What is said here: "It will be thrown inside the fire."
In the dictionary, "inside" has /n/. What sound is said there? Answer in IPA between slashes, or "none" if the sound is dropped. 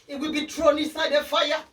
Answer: none